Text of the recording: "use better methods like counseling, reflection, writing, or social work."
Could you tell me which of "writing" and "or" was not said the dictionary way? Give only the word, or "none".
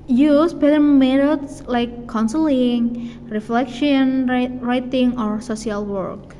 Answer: none